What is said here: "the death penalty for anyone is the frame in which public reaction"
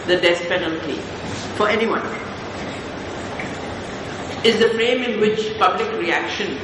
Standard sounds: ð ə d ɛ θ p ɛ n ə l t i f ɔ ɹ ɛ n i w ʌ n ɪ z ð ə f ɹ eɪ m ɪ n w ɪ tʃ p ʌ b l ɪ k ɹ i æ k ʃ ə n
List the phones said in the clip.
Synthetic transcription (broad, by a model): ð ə d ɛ s p ɛ n ə l t i f ɔ ɹ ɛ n i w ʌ n ɪ z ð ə f ɹ eɪ m ɪ n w ɪ tʃ p ʌ b l ɪ k ɹ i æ k ʃ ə n